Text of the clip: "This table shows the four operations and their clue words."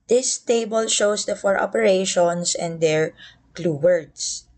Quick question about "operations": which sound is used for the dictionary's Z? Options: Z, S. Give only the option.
S